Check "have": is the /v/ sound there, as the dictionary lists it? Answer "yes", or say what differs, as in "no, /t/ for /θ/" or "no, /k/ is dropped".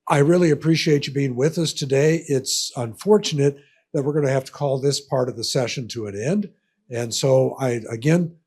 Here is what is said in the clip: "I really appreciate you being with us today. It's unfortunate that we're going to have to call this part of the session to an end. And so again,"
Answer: no, /f/ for /v/